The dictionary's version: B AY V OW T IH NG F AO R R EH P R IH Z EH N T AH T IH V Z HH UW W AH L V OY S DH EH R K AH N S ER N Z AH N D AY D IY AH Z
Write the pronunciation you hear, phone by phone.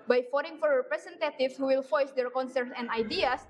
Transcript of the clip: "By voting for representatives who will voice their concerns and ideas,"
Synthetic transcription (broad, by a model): B AY F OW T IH NG F AO R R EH P R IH S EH N T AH T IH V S HH UW W AH L F OY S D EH R K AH N S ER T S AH N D AY D IY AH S